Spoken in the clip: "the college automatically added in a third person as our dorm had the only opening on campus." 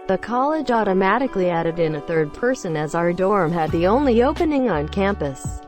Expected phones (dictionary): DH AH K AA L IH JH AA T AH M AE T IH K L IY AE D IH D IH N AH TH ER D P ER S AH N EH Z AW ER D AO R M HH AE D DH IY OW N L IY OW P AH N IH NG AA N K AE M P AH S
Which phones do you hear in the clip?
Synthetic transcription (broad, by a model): DH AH K AA L IH JH AA T AH M AE T IH K L IY AE D IH D IH N AH TH ER D P ER S AH N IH Z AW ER D AO R M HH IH D DH IY OW N L IY OW P AH N IH NG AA N K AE M P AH S